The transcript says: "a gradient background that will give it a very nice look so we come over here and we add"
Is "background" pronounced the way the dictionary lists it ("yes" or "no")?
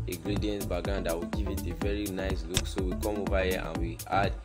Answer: no